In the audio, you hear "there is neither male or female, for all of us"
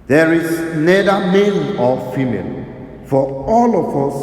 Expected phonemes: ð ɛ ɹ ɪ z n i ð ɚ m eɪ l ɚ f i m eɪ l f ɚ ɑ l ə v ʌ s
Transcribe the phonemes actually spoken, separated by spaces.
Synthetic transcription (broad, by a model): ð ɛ ɹ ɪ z n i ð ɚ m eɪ n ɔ f i m eɪ l f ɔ ɑ l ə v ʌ s